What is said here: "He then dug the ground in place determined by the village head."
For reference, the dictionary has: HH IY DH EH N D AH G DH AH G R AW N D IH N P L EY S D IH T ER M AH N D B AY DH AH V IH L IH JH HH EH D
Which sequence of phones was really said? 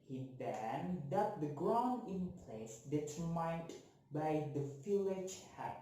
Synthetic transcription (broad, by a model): HH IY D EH N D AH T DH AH G R AW N D IH N P L EY S D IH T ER M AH N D B AY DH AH F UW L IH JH HH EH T